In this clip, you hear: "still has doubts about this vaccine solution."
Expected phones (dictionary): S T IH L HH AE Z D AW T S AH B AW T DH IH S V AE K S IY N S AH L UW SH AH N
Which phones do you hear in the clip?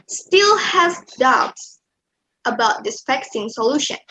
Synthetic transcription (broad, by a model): S T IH L HH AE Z D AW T S AH B AW T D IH S F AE K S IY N S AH L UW SH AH N